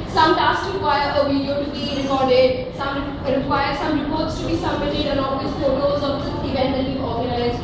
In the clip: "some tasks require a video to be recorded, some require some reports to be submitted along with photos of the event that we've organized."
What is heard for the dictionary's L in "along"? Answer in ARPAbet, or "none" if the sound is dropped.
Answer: N